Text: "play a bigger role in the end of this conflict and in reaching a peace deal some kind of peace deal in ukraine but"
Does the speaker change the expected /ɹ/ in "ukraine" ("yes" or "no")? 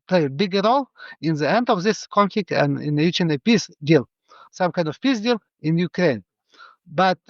no